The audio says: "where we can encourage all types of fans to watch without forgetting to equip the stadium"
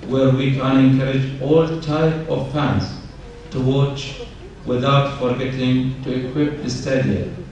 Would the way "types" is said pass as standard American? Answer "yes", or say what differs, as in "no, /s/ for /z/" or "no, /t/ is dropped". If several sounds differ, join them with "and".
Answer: no, /s/ is dropped